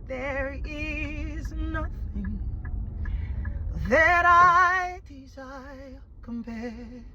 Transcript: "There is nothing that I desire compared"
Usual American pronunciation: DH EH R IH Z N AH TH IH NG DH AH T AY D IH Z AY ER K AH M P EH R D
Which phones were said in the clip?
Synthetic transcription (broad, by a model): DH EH R IH Z N AH TH IH NG DH AH T AY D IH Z AY K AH M P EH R